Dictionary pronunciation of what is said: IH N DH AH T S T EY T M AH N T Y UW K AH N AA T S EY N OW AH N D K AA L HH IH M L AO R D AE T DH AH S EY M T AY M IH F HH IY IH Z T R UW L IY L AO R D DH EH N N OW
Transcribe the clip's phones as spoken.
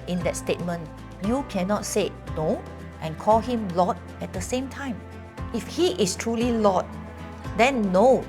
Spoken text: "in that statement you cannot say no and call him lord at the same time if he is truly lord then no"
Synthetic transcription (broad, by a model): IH N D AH T S T EY T M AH N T Y UW K AH N AA T S EY N OW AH N K AA L HH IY M L AO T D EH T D AH S EY M T AY M IH F HH IY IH S T R UW L IY L AO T D EH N N OW